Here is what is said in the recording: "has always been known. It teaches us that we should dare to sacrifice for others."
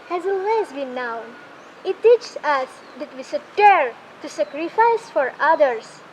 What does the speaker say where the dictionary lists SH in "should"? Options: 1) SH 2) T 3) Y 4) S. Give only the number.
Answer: 4